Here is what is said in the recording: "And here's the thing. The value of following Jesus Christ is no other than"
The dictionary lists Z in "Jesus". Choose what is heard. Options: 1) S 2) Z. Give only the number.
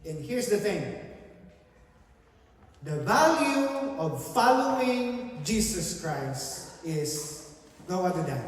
1